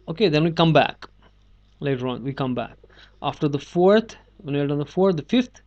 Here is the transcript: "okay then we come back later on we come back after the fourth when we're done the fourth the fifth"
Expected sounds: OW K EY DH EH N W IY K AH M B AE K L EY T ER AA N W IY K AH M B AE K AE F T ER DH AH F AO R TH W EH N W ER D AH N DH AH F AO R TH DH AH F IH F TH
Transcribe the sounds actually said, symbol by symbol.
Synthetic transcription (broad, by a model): OW K EY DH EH N W IY K AH M B AE K L EY T ER AA N W IY K AH M B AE K AE F T ER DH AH F AO R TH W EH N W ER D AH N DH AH F AO R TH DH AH F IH F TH